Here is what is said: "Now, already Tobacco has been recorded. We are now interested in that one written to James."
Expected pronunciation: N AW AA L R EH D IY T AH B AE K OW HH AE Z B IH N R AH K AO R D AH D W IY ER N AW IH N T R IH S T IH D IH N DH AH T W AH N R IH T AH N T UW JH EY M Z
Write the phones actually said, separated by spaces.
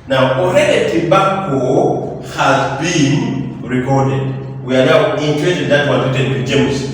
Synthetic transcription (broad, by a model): N AW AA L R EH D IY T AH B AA K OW HH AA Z B IH N R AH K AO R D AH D W IY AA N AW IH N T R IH T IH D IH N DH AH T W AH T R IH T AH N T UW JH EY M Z